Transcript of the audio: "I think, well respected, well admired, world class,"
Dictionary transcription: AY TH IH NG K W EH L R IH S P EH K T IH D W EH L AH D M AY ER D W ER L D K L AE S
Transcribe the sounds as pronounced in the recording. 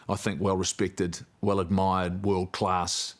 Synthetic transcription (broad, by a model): AY TH IH NG K W EH L R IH S P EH K T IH D W EH L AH D M AY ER D W ER L D K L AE S